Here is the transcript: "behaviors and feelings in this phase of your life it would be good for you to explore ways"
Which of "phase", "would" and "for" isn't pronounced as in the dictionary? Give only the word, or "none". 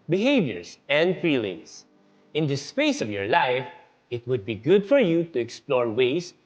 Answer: phase